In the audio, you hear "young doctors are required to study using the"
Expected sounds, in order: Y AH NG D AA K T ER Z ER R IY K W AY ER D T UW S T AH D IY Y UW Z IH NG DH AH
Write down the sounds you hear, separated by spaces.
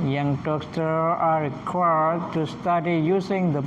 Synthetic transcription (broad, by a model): Y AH NG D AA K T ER AA R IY K W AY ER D T UW S T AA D IY Y UW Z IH NG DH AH